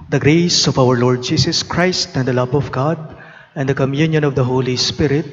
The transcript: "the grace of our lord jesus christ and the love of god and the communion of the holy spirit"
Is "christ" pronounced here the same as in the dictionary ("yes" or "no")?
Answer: yes